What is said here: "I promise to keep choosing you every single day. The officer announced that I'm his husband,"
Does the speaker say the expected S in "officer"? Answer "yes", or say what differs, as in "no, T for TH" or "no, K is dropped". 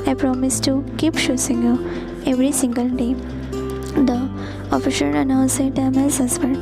no, SH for S